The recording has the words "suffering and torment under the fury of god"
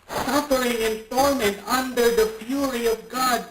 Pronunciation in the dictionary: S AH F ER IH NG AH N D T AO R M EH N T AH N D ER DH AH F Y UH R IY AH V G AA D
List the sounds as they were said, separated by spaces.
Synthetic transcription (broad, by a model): S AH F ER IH NG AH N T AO R M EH N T AH N D ER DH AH P Y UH R IY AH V G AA D